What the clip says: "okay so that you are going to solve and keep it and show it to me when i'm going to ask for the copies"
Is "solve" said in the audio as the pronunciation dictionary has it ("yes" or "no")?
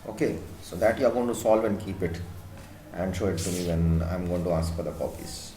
yes